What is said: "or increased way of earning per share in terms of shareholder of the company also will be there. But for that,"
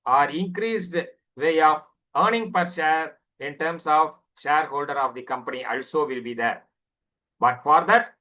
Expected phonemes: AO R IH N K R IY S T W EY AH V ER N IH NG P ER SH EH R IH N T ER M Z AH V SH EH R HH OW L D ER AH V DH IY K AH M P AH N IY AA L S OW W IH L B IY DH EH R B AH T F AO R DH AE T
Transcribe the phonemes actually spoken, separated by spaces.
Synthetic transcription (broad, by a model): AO R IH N K R IY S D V EY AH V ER N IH NG P ER SH EH R IH N T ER M S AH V SH EH R HH OW L D ER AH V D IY K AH M P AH N IY AA L S OW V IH L B IY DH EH R B AH T F AO R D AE T